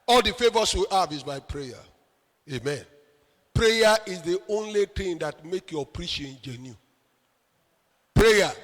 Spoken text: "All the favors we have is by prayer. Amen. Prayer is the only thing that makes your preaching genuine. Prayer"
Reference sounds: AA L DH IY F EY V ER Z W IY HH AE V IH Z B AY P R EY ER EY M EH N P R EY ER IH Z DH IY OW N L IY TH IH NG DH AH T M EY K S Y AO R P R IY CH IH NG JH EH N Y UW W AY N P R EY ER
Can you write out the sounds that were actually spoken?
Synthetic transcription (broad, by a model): AA L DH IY F EY V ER S W IY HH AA V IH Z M AY P R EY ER EY M EH N P R EY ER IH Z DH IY OW N L IY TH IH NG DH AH T M EY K Y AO P R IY SH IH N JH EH N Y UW P R EY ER